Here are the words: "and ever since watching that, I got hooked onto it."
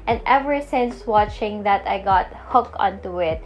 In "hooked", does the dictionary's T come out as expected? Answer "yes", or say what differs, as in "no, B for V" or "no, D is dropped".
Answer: no, T is dropped